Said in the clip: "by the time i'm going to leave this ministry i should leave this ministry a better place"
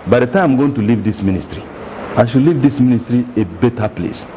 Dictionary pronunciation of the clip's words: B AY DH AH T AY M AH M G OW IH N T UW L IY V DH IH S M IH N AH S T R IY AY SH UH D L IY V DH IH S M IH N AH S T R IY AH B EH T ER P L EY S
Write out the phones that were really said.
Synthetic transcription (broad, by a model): B AY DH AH T AY AH M G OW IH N T UW L IY V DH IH S M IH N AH S T R IY AY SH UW L IY V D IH S M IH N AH S T R IY AH B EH T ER P L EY S